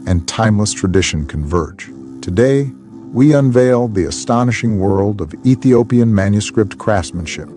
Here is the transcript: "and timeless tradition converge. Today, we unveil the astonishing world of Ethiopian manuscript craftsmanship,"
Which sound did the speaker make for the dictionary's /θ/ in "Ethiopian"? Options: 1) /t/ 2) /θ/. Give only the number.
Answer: 2